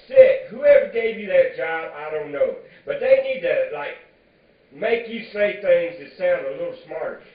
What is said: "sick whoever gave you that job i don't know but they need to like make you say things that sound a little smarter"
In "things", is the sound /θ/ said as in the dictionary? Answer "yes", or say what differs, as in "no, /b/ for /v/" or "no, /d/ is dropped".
yes